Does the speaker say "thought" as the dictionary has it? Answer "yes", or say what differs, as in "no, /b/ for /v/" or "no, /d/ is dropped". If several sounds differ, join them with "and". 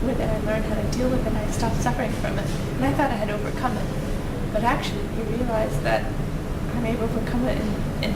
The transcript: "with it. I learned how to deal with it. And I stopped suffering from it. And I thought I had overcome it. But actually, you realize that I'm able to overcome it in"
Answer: yes